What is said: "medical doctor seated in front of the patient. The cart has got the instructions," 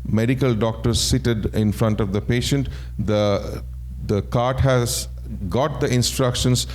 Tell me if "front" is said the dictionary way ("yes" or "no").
yes